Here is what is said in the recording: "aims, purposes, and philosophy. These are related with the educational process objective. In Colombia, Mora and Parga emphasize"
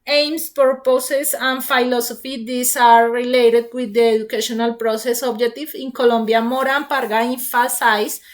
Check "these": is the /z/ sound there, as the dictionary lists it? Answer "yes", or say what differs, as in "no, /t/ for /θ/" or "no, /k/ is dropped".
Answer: no, /s/ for /z/